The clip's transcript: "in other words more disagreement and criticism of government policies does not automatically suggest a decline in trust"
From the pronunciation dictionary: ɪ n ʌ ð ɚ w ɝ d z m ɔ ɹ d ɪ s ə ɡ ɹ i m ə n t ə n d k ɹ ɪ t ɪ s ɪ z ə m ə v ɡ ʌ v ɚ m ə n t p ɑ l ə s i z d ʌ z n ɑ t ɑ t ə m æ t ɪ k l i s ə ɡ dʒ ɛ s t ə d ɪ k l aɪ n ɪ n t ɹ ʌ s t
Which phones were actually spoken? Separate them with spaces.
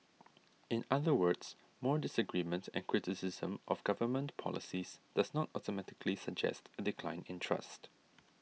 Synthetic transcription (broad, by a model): ɪ n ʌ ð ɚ w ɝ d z m ɔ ɹ d ɪ s ə ɡ ɹ i m ə n t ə n k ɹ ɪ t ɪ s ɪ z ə m ə v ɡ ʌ v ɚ m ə n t p ɑ l ə s i z d ʌ z n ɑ t ɑ t ə m æ t ɪ k l i s ə ɡ dʒ ɛ s t ə d ɪ k l aɪ n ɪ n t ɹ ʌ s t